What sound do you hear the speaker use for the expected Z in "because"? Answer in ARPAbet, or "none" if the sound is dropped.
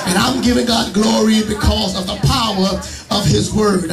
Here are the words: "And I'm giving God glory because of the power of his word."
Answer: Z